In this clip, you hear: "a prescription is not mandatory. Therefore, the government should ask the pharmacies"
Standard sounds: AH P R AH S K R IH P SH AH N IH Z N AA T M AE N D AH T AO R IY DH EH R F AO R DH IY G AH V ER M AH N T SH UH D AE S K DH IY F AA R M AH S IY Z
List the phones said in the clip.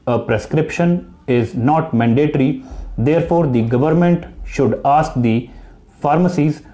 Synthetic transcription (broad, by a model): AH P R AH S K R IH P SH AH N IH Z N AA T M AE N D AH T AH R IY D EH R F AO R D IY G AH V ER M AH N T SH UH D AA S K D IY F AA R M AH S IY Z